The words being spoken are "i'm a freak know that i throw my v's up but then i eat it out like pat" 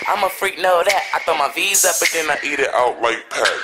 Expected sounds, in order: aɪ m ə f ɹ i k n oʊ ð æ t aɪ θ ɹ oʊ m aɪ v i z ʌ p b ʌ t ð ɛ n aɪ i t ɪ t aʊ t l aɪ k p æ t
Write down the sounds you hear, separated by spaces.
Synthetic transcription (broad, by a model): aɪ m ə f ɹ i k n oʊ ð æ t aɪ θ oʊ m aɪ v i z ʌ b ʌ t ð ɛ n aɪ i t ɪ t aʊ t l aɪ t p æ